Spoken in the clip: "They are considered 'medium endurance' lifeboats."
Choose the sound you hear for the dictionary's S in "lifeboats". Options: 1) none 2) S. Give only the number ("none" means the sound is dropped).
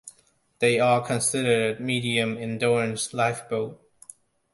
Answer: 1